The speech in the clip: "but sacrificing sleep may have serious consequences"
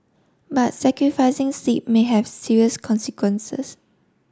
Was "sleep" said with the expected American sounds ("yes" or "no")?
no